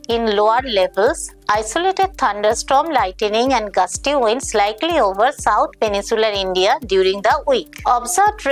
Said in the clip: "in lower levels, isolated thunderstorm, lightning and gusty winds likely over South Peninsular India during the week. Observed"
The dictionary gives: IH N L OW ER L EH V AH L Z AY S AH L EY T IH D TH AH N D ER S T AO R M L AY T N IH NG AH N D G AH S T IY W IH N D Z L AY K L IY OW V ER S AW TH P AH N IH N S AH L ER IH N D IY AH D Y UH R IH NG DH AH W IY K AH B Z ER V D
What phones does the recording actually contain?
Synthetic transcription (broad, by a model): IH N L OW ER L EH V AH L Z AY S AH L EY T IH D T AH N D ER S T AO M L AY T N IH NG AH N D G AH S T IY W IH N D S L AY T L IY OW V ER S AW T P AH N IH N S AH L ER IH N D IY AH D Y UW R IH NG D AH W IY K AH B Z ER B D